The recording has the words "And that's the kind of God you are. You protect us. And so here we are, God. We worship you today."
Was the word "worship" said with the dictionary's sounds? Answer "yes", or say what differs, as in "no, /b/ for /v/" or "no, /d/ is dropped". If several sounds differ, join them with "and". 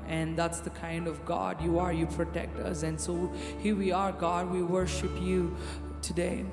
yes